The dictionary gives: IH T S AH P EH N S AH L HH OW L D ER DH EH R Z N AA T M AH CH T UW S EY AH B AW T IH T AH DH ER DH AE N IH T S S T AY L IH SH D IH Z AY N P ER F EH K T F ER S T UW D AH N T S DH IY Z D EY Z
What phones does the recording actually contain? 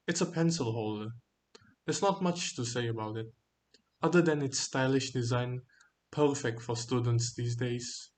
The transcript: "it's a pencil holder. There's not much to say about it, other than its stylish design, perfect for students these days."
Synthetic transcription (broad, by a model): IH T S AH P EH N S AH L HH OW L D ER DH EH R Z N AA T M AH CH T UW S EY AH B AW T IH T AH DH ER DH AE N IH T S S T AY L IH SH D IH Z AY N P ER F EH K T F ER S T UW D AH N T S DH IY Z D EY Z